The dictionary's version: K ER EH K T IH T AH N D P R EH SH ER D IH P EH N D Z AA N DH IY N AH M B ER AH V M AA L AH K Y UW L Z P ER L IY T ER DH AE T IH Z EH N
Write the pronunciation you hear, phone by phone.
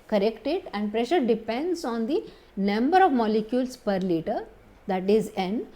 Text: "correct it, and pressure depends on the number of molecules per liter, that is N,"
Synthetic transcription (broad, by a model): K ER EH K T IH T AH N D P R EH SH ER D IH P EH N D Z AA N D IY N AH M B ER AH V M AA L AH K Y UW L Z P ER L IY T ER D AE T IH Z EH N